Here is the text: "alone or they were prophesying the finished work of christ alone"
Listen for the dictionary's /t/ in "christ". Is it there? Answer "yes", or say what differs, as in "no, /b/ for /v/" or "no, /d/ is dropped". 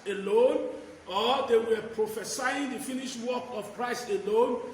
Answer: no, /t/ is dropped